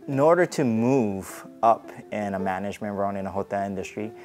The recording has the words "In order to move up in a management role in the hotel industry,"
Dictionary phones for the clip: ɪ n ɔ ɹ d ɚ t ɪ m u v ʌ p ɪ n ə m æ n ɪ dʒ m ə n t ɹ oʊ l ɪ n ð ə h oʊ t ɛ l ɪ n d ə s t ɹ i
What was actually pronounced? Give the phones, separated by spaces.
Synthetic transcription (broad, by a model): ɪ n ɔ ɹ d ɚ t ɪ m u v ʌ p ɪ n ə m æ n ɪ dʒ m ə n t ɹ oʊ n ɪ n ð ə h oʊ t ɛ l ɪ n d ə s t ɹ i